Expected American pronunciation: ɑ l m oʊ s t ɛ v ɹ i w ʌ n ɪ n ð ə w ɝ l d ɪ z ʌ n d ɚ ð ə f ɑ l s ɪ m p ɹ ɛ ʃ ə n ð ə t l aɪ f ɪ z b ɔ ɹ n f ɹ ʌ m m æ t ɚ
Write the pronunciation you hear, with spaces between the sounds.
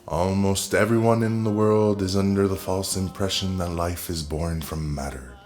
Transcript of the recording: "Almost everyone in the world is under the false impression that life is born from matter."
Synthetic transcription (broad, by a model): ɑ l m oʊ s t ɛ v ɹ i w ʌ n ɪ n ð ə w ɝ l d ɪ z ʌ n d ɚ ð ə f ɑ l s ɪ m p ɹ ɛ ʃ ə n ð ə t l aɪ f ɪ z b ɔ ɹ n f ɹ ʌ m m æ t ɚ